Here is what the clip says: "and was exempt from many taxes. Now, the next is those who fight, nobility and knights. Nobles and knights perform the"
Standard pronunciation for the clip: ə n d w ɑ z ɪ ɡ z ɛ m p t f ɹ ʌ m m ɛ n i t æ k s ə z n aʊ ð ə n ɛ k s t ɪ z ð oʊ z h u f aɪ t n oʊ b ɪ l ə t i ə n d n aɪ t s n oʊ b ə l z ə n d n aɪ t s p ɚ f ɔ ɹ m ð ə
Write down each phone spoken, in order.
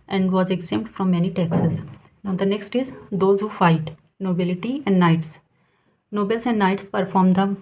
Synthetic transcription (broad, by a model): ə n d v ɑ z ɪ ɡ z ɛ m t f ɹ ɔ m m ɛ n i t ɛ k s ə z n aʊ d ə n ɛ k s t ɪ z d oʊ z h u f aɪ t n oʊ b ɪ l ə t i ə n d n aɪ t s n oʊ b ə l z ə n d n aɪ t s p ɚ f ɔ ɹ m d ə